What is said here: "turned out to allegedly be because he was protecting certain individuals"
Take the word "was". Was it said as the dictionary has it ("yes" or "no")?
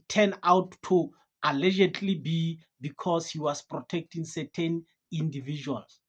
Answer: no